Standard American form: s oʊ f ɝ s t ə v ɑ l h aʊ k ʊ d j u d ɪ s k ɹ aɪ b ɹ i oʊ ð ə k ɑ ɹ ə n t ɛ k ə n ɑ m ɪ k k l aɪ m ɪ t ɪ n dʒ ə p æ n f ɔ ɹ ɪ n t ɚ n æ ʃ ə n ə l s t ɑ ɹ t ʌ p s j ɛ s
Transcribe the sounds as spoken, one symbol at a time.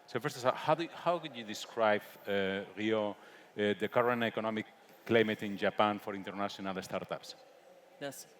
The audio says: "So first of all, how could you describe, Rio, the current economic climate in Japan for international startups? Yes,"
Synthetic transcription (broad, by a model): s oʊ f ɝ s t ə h ɑ w h aʊ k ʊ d j u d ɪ s k ɹ aɪ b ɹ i oʊ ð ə k ɑ ɹ ə n t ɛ k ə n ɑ m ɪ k k l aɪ m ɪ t ɪ n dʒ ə p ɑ n f ɔ ɹ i n t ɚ n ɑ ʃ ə n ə l s t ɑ ɹ t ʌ p s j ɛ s